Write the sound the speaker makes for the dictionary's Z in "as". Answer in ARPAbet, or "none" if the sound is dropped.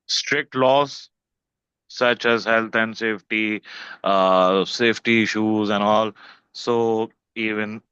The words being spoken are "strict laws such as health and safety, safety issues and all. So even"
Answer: Z